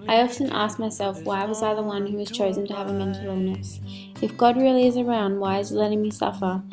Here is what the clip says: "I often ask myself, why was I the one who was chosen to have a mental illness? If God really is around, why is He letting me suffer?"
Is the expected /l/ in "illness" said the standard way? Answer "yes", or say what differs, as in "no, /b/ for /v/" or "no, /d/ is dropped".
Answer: no, /l/ is dropped